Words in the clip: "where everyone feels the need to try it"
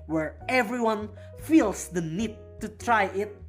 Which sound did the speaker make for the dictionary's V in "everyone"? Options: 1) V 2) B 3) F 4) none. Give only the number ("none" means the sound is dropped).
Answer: 1